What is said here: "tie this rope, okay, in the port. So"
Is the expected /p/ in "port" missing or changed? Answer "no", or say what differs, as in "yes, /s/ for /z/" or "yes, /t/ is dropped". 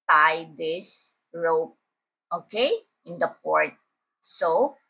no